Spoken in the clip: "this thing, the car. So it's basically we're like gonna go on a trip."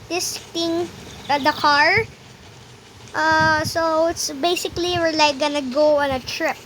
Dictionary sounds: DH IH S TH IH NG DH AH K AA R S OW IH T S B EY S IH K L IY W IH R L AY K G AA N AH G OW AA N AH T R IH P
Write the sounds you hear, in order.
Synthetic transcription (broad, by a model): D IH S T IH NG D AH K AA R S OW IH T S B EY S IH K L IY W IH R L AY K G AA N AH G OW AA N AH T R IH P